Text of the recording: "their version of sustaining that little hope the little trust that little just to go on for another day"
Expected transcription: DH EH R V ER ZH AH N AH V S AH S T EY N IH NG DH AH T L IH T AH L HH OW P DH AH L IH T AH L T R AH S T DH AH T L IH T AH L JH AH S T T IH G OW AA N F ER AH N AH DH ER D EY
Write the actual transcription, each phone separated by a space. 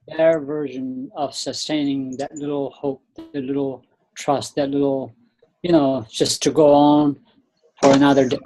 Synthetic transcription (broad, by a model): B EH R V ER ZH AH N AH V S AH S T EY N IH NG DH AH T L IH T L HH OW P DH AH L IH T L T R AH S T DH AH T L IH T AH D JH AH S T T IH G OW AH N F ER AH N AH DH ER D